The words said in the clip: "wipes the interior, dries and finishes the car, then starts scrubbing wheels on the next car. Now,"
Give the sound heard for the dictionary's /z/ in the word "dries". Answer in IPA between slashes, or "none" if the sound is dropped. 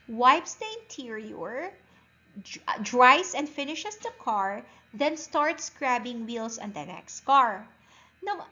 /s/